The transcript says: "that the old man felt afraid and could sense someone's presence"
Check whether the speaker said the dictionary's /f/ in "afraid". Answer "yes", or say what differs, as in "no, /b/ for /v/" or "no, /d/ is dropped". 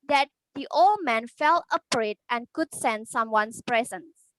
no, /p/ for /f/